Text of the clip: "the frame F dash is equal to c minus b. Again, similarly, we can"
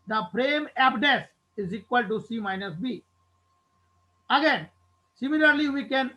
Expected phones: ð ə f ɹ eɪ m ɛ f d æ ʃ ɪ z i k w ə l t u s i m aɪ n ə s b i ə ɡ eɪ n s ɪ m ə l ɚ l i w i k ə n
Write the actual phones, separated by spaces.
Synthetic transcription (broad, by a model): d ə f ɹ eɪ m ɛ p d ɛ s ɪ z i k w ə l t u s i m aɪ n ə s b i ə ɡ eɪ n s ɪ m ə l ɚ l i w i k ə n